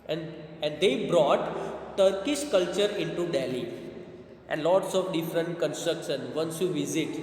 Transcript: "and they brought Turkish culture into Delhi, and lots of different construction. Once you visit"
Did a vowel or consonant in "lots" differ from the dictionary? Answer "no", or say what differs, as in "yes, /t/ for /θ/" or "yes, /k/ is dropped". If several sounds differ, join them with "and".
no